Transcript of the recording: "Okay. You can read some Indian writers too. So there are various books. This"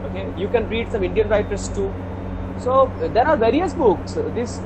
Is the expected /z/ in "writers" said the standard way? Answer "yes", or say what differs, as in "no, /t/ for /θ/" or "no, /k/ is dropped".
no, /s/ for /z/